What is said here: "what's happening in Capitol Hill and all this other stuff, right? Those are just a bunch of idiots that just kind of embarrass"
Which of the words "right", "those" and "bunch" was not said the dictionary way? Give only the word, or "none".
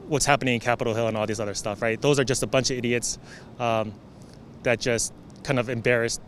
none